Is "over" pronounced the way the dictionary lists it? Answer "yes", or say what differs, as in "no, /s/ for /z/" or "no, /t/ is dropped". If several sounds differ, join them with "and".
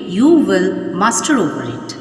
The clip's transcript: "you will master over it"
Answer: no, /p/ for /v/